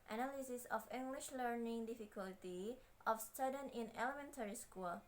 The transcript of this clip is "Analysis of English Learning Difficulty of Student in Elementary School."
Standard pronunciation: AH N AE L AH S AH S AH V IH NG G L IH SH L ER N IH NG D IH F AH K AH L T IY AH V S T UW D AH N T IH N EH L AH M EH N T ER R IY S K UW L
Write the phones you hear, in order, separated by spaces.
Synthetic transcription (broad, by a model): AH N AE L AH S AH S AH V IH NG G L IH SH L ER N IH NG D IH F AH K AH L T IY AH F S T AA D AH N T IH N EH L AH M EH N T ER R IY S K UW L